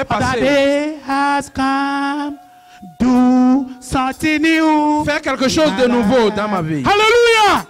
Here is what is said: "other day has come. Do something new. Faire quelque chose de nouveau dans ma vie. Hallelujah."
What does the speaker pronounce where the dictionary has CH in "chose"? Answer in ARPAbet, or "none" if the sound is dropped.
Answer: SH